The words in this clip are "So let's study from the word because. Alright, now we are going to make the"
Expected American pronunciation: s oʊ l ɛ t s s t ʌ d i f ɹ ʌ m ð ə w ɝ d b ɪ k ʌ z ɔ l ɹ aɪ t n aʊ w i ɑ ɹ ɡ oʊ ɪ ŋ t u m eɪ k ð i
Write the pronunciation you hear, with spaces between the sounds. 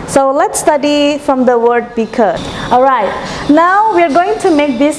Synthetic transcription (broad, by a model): s oʊ l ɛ t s s t ʌ d i f ɹ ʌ m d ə w ɝ d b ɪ k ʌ ɔ l ɹ aɪ t n aʊ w i ɑ ɹ ɡ oʊ ɪ ŋ t u m eɪ k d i